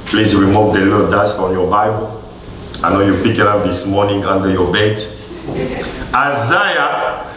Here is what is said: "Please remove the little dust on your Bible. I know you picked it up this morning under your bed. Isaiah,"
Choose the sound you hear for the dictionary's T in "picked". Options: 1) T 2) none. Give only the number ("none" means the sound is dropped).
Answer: 2